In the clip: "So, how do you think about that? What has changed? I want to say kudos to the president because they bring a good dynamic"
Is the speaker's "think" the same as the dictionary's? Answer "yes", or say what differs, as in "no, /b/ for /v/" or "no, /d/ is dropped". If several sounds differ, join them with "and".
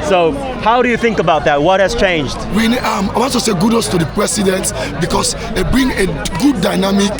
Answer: yes